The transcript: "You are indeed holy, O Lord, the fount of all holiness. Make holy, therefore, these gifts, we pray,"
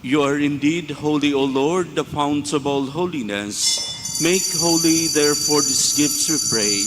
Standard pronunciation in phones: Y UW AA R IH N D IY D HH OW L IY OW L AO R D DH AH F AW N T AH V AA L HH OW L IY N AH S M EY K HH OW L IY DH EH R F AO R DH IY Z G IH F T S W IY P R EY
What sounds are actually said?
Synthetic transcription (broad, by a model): Y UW AA R IH N D IY D HH OW L IY OW L AO R D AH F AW N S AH B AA L HH OW L IY N AH S M EY K HH OW L IY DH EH R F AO R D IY S G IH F T S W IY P R EY